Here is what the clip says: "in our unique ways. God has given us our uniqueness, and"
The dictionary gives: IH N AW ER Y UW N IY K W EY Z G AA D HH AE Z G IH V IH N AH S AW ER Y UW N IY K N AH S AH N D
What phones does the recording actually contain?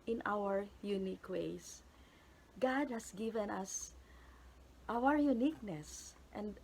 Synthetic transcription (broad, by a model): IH N AW ER Y UW N IY K W EY S G AA D HH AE S G IH V IH N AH S AW ER Y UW N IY K N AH S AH N D